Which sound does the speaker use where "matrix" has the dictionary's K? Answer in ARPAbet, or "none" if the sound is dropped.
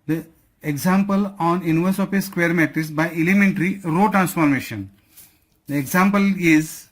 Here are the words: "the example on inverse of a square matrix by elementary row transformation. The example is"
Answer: none